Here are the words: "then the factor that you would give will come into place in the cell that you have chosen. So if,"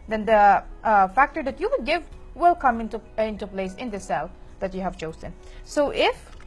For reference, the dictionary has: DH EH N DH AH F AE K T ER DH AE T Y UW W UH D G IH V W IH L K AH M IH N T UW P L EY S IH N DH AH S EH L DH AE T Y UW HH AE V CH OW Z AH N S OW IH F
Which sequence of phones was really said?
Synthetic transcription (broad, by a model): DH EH N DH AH F AE K T ER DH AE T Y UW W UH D G IH V W IH L K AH M IH N T UW P L EY S IH N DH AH S EH L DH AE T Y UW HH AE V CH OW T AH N S OW IH F